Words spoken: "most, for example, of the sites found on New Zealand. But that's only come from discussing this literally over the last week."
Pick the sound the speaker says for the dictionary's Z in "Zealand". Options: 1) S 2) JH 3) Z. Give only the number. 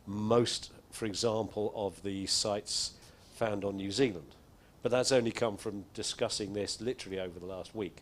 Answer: 3